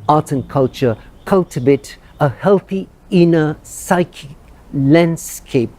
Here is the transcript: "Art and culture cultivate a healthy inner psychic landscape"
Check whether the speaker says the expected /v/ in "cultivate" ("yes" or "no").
no